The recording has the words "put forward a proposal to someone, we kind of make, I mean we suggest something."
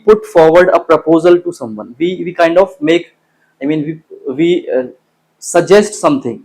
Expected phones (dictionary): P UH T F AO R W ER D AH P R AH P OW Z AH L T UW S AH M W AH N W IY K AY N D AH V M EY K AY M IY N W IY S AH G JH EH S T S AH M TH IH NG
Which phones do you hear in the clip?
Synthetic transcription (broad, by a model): P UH T F AO R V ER D AH P R AH P OW Z AH L T UW S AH M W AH N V IY K AY N D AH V M EY K AY M IY N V IY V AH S JH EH S T S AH M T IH NG